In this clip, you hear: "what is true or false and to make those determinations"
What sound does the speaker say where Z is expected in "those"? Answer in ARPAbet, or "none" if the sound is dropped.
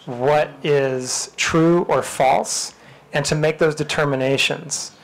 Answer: Z